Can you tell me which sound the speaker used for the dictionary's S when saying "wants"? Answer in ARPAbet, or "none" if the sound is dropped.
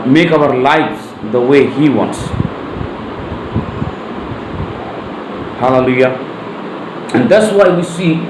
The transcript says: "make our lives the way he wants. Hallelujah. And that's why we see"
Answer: S